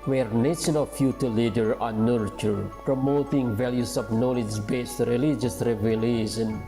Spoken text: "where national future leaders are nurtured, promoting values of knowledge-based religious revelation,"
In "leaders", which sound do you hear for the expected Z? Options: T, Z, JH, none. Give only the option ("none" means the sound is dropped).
none